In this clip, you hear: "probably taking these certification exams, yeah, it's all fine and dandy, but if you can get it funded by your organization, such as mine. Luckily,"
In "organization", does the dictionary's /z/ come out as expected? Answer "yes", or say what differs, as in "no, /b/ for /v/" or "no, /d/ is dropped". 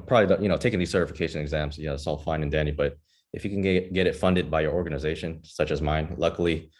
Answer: yes